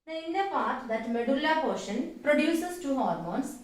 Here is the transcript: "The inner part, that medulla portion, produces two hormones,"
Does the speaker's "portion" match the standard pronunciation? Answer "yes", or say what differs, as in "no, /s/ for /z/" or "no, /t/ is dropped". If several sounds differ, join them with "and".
yes